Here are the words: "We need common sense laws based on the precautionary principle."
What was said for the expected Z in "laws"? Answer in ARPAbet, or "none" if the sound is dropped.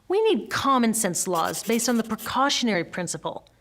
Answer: Z